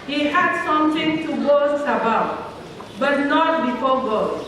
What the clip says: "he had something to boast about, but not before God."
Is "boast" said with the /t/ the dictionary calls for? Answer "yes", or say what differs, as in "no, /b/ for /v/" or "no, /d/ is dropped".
no, /t/ is dropped